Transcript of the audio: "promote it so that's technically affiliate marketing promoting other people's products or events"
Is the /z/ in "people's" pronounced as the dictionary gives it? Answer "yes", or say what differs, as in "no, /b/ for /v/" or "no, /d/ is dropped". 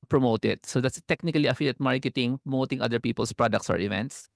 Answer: no, /s/ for /z/